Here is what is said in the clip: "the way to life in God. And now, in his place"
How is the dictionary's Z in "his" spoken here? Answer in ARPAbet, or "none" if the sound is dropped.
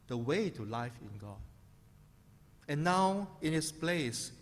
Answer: S